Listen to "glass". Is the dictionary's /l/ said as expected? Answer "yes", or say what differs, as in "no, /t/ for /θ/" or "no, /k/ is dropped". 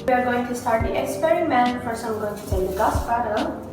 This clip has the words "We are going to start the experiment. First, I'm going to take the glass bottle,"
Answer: no, /l/ is dropped